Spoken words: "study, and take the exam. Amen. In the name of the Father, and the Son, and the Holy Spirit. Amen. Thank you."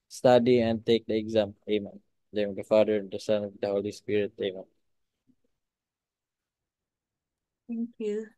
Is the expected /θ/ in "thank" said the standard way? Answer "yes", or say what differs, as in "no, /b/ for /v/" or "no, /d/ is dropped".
no, /t/ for /θ/